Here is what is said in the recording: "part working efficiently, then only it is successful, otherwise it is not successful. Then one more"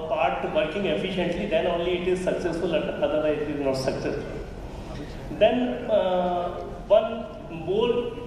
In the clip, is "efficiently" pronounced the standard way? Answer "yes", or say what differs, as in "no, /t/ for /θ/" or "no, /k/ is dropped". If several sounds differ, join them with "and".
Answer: yes